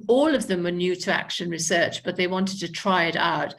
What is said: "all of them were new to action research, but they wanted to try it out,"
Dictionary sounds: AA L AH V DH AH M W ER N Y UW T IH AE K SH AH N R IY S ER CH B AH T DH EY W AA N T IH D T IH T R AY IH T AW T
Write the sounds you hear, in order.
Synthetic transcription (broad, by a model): AA L AH V DH AH M W ER N Y UW T IH AE K SH AH N R IY S ER CH B AH T DH EY W AA N T IH D T IH T R AY IH T AW T